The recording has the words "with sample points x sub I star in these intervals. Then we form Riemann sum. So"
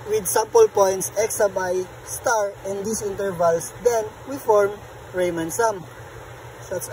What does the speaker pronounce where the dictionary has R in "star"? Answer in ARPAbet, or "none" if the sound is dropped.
R